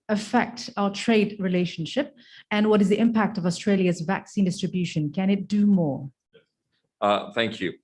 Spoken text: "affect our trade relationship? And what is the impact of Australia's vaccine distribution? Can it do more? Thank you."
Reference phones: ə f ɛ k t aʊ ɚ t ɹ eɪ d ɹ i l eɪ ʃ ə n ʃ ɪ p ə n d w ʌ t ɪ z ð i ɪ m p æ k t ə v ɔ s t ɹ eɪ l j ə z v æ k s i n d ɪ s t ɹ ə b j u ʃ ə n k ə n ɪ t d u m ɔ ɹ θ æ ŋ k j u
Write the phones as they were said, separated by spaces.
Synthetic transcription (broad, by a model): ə f ɛ k t aʊ ɚ t ɹ eɪ d ɹ i l eɪ ʃ ə n ʃ ɪ p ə n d w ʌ t ɪ z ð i ɪ m p æ k t ə v ɔ s t ɹ eɪ l j ə z v æ k s i n d ɪ s t ɹ ə b j u ʃ ə n k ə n ɪ t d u m ɔ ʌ θ æ ŋ k j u